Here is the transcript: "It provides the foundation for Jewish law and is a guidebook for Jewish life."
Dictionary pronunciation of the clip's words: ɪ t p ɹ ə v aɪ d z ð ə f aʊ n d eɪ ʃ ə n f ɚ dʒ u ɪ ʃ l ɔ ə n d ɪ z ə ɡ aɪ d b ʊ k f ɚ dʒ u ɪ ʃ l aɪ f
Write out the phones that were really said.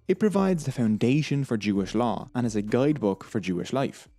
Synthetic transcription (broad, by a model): ɪ t p ɹ ə v aɪ d z ð ə f aʊ n d eɪ ʃ ə n f ɚ dʒ u ɪ ʃ l ɔ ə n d ɪ z ə ɡ aɪ d b ʊ k f ɚ dʒ u ɪ ʃ l aɪ f